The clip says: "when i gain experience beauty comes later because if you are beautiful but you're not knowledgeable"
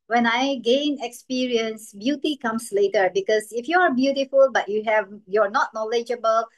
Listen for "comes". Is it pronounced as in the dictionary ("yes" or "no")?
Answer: no